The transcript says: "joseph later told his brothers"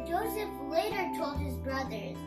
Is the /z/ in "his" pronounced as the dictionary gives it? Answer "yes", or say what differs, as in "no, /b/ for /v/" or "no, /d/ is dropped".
yes